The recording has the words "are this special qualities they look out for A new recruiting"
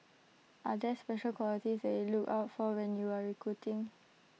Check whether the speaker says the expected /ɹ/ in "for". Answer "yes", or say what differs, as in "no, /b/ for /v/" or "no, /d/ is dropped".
no, /w/ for /ɹ/